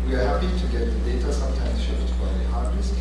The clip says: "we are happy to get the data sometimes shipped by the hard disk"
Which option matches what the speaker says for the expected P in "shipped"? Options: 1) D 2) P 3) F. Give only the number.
3